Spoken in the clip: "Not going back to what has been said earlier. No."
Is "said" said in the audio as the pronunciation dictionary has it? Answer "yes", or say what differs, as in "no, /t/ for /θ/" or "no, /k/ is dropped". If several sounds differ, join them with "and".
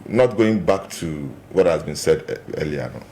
yes